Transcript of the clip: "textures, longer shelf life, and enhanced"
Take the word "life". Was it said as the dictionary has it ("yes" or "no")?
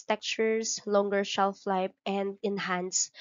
no